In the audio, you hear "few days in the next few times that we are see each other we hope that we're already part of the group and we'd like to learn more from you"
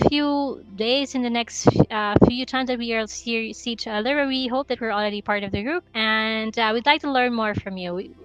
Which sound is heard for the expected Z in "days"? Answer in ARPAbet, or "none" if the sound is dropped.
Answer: Z